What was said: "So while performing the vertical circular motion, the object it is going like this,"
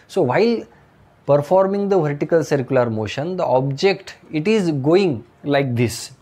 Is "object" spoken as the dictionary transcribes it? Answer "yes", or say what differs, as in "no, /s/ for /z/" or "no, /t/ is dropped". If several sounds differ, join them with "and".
yes